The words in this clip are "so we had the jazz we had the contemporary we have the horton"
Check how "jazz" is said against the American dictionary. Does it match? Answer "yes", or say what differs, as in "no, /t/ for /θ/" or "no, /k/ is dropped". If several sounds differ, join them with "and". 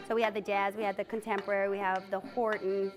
yes